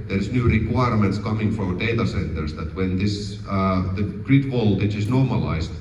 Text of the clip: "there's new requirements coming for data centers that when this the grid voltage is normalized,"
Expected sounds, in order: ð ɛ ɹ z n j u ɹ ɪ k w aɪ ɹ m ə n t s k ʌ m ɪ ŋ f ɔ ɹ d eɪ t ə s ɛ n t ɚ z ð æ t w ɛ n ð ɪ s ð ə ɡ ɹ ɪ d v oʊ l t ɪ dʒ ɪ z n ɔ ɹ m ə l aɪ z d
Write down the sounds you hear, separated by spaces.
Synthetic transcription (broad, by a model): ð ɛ ɹ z n j u ɹ ɪ k w aɪ ɹ m ə n t s k ʌ m ɪ ŋ f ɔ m d eɪ t ə s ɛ n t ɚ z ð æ t w ɛ n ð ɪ s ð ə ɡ ɹ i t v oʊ l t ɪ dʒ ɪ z n ɔ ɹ m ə l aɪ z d